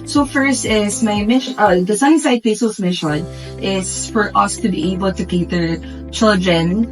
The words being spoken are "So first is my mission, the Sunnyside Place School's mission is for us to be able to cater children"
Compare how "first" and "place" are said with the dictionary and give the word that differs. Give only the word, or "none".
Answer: place